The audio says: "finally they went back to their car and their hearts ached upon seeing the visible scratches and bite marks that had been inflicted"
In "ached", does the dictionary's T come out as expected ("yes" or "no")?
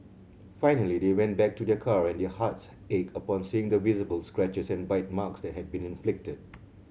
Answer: no